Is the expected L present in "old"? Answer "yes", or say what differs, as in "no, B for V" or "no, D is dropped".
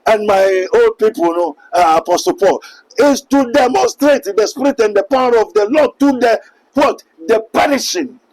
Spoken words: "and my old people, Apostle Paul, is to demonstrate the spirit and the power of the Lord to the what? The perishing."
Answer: yes